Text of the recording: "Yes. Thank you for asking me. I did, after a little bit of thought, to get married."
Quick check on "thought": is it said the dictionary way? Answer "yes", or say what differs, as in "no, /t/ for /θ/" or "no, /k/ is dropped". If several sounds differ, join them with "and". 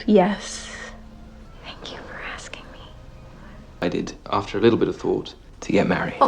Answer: yes